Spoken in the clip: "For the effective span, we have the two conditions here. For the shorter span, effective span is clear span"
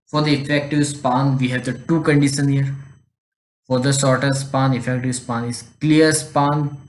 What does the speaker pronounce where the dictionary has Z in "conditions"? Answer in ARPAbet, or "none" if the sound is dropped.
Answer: none